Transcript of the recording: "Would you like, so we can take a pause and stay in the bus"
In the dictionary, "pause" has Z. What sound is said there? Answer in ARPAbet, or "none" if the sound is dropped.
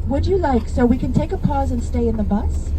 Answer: Z